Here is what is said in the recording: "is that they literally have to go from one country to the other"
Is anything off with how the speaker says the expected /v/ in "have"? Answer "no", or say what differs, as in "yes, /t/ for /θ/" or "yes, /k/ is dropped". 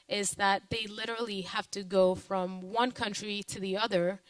yes, /f/ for /v/